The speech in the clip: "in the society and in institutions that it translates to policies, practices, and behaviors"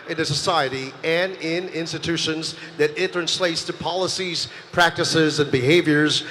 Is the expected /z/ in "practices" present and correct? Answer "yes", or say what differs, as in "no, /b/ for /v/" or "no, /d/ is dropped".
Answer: yes